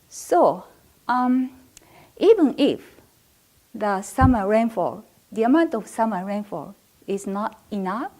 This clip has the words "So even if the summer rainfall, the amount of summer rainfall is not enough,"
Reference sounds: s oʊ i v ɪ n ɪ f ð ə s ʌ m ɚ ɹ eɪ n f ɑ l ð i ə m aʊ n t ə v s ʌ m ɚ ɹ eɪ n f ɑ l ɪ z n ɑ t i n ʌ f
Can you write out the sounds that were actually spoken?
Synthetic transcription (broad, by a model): s oʊ i v ɪ n ɪ f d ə s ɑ m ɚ ɹ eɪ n f ɑ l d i ə m aʊ n t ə f s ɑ m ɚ ɹ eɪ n f ɑ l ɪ s n ɑ t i n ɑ f